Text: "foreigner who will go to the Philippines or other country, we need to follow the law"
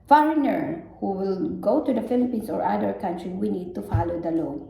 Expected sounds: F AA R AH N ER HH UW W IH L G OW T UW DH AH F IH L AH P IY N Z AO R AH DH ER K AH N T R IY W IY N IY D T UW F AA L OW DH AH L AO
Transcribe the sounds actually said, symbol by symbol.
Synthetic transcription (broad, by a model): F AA R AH N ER HH UW W IH L G OW T UW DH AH F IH L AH P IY N S AO R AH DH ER K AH N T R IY W IY N IY D T UW F AA L OW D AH L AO